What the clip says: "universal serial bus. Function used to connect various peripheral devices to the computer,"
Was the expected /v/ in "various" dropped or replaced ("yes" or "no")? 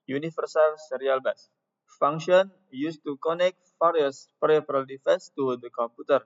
yes